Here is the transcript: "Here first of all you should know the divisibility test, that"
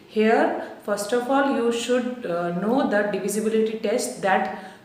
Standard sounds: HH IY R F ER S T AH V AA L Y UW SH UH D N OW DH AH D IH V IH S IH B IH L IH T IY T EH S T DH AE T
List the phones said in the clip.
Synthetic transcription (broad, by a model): HH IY R F ER S T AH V AA L Y UW SH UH D N OW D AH D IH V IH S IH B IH L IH T IY T EH S T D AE T